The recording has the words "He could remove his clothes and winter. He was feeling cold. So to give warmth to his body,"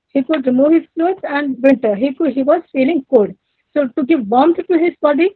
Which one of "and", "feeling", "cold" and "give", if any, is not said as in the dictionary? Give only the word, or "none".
cold